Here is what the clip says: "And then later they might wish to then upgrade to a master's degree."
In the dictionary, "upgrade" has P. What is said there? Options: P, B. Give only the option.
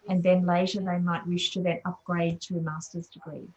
P